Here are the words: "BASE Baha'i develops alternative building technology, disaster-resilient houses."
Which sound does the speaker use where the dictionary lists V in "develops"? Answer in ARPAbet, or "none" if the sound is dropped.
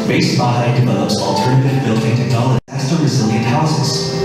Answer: V